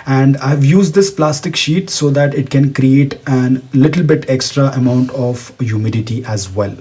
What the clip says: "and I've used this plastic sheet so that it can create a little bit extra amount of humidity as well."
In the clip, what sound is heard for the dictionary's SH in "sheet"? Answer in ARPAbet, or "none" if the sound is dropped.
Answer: SH